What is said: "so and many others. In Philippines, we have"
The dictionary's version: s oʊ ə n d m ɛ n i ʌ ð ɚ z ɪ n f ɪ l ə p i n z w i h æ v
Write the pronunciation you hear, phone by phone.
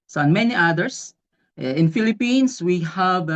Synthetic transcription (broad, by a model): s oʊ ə n m ɛ n i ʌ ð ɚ s ɪ n f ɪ l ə p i n s w i h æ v